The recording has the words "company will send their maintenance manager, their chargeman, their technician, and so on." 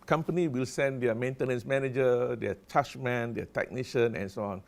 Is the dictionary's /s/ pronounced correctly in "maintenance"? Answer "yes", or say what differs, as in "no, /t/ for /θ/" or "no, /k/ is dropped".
yes